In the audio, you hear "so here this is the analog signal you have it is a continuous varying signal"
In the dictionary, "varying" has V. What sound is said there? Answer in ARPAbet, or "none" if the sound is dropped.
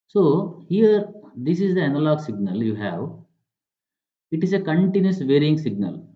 V